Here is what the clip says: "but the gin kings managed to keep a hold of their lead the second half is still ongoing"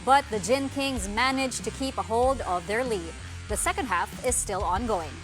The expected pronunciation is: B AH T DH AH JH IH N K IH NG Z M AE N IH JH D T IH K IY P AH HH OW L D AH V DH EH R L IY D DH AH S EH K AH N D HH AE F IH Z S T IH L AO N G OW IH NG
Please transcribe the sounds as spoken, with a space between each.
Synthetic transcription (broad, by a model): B AH T DH AH JH IH N K IH NG Z M AE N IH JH T IH K IY P AH HH OW L D AH V DH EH R L IY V DH AH S EH K AH N D HH AE F IH Z S T IH L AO N G OW IH NG